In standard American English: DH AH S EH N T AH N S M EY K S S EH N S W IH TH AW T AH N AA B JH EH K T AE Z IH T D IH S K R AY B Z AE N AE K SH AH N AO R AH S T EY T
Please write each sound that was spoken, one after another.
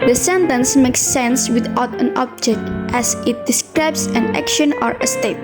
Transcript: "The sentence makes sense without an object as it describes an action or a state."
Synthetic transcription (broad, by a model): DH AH S EH N T AH N S M EY K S S EH N S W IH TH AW T AH N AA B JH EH K T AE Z IH T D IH S K R AY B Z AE N AE K SH AH N AO R AH S T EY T